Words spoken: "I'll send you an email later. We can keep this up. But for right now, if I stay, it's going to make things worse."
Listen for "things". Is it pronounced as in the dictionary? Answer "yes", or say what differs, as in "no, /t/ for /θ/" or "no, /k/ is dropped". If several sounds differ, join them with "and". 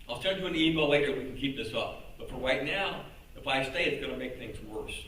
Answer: yes